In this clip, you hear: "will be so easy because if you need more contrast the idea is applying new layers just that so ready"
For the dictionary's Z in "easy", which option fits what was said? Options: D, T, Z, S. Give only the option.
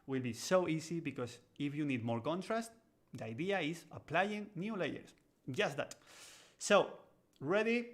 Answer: S